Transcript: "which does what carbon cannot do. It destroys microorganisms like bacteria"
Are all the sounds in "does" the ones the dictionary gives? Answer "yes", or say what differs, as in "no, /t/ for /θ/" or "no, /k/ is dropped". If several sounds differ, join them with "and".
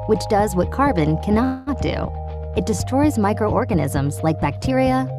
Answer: yes